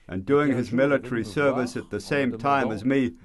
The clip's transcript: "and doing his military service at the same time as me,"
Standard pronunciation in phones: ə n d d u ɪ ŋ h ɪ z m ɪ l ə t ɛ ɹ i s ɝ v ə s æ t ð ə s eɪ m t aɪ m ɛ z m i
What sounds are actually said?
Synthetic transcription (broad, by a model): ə n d d u ɪ ŋ ɪ z m ɪ l ə t ɛ ɹ i s ɝ v ə s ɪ t ð ə s eɪ m t aɪ m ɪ z m i